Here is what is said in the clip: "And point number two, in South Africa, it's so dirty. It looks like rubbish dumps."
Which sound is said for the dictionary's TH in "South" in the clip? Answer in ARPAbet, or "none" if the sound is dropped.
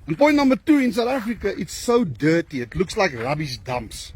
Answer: T